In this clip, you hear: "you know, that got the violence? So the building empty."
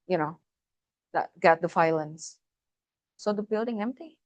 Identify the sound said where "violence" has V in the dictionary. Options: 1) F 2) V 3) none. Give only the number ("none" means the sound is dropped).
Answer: 1